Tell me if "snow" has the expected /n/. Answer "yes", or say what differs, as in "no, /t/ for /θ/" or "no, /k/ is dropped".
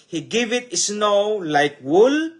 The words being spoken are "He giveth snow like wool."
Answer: yes